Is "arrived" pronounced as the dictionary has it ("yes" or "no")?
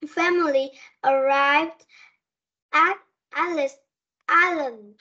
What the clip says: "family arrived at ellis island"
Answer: yes